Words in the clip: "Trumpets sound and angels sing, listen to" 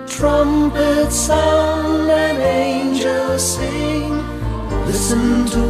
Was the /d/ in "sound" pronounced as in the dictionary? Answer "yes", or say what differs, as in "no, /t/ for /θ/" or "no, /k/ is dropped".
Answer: no, /d/ is dropped